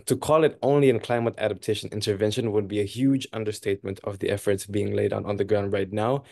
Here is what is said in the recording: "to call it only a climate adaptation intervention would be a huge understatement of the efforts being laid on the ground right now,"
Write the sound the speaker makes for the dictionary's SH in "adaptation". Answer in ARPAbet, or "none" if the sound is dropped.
SH